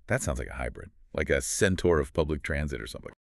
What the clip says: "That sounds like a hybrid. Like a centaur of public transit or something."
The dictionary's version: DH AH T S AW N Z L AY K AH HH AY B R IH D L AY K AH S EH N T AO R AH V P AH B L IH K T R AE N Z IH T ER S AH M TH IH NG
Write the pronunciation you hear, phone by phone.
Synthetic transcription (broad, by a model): DH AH T S AW N Z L AY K AH HH AY B R IH D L AY K AH S EH N T AO R AH V P AH B L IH K T R AE N Z IH T ER S AH M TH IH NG